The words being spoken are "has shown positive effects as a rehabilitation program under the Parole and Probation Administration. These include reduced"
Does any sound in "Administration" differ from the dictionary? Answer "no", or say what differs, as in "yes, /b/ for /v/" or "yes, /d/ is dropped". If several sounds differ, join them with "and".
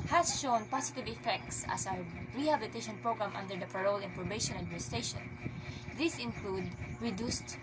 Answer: yes, /ɹ/ is dropped